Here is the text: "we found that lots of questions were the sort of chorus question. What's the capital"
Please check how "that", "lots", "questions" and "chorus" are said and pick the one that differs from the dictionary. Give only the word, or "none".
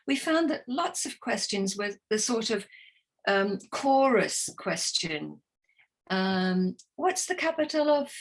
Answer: none